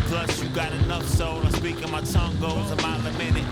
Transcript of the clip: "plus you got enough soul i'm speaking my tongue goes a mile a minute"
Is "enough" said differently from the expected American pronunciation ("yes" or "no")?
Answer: no